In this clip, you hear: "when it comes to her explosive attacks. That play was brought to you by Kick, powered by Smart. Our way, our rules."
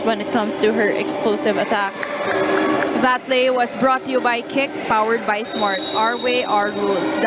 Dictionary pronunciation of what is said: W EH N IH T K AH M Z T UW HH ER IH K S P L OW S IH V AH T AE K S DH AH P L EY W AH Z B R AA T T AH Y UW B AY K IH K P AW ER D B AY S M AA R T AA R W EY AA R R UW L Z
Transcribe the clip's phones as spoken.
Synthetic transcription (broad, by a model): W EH N IH T K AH M S T UW HH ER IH K S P L OW S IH V AH T AE K S DH AH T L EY W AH S B R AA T T AH Y UW B AY K IH K P AW ER D B AY S M AA R T AA R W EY AA R R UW L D